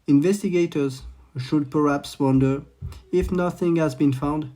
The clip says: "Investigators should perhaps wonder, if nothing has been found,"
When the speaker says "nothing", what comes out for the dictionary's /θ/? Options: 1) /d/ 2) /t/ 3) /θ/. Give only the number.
3